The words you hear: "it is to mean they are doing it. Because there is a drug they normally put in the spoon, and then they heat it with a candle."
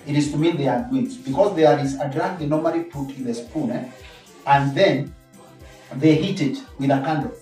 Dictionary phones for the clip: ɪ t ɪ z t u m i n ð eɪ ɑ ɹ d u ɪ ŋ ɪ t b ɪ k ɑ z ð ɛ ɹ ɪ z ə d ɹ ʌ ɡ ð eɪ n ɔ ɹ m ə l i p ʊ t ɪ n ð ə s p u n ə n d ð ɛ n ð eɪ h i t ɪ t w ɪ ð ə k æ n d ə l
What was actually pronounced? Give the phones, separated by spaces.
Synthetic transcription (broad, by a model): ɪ t ɪ z t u m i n ð eɪ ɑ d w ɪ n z b ɪ k ɑ z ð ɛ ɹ ɪ z ə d ɹ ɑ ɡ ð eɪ n ɔ ɹ m ə l i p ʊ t ɪ n ð ə s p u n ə n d ð ɛ n ð eɪ h i t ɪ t w ɪ ð ə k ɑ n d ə